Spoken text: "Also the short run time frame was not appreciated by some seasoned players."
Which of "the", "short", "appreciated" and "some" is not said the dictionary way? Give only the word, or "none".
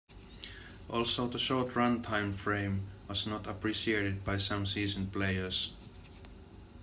none